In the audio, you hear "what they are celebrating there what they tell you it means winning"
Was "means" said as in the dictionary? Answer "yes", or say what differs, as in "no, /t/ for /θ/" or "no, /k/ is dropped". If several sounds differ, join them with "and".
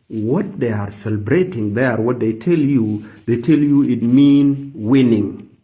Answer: no, /z/ is dropped